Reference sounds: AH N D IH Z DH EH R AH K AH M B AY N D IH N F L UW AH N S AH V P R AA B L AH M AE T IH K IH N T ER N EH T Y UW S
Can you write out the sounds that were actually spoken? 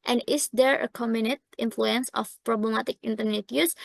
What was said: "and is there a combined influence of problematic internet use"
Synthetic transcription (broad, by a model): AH N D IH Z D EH R AH K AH M UW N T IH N F L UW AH N S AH F P R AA B L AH M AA T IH K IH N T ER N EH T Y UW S